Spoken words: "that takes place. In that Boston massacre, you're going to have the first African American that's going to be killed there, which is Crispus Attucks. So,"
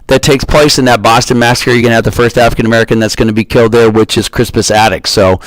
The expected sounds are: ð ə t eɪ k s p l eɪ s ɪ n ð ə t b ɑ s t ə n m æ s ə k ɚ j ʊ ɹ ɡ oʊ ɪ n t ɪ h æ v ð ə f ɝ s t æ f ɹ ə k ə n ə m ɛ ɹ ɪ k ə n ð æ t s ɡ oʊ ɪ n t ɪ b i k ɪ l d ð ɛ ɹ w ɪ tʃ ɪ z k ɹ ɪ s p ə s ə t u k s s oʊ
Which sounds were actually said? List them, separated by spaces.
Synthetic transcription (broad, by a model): ð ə t eɪ k s p l eɪ s ɪ n ð ə t b ɑ s t ə n m æ s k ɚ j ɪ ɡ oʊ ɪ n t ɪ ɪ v ð ə f ɝ s t æ f ɹ ə k ə n ə m ɛ ɹ ɪ k ə n ð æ t s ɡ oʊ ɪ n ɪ b i k ɪ l d ð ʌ ɹ w ɪ tʃ ɪ z k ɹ ɪ s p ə s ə t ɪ k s s oʊ